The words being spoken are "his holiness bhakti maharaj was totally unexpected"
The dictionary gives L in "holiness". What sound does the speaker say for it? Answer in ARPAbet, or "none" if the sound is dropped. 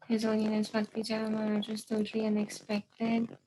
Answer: N